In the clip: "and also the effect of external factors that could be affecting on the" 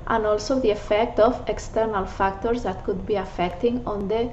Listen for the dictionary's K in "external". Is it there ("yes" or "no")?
yes